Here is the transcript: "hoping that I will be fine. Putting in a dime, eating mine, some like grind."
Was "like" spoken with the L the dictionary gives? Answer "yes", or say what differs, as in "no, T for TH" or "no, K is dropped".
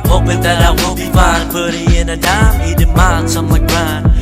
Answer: no, W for L